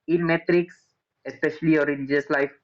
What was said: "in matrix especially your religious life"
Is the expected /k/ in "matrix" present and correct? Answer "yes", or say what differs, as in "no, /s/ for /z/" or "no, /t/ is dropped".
yes